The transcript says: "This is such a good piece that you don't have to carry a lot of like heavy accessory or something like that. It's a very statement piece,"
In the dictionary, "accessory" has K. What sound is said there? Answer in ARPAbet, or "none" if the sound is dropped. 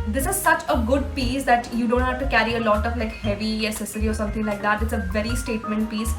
none